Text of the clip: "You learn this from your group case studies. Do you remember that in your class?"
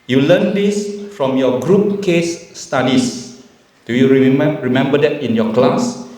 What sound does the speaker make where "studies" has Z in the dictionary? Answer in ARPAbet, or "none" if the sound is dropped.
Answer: S